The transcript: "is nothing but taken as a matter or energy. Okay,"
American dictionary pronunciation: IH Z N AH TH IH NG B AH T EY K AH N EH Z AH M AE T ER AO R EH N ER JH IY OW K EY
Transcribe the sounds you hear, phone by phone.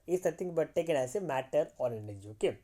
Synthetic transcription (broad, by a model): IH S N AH T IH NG B AH T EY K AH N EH S AH M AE T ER AO R EH N ER JH IY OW K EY